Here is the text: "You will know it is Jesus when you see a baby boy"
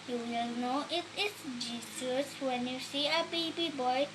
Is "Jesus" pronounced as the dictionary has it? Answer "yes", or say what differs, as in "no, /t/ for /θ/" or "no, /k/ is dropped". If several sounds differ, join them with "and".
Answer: no, /s/ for /z/